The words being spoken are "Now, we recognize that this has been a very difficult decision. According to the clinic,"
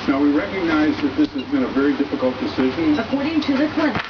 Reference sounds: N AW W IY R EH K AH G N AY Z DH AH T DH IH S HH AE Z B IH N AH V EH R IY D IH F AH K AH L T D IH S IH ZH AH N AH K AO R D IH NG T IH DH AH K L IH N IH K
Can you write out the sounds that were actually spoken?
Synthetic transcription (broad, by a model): N AW W IY R EH K AH G N AY Z DH AH T DH IH S HH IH Z B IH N AH V EH R IY D IH F AH K AH L T D IH S IH ZH AH N AH K AO R D IH NG T IH DH AH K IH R